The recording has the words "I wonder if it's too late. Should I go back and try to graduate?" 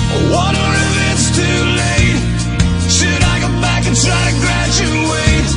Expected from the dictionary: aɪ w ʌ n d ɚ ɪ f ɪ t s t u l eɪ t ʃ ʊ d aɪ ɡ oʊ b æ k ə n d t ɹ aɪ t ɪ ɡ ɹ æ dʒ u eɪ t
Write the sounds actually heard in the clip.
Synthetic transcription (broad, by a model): w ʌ d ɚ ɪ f ɪ t s t u l eɪ t ʃ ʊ d aɪ ɡ oʊ b æ k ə n t ɹ aɪ t ɪ ɡ ɹ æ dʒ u eɪ t